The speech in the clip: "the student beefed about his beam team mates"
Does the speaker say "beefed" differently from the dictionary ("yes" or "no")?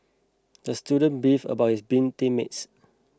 yes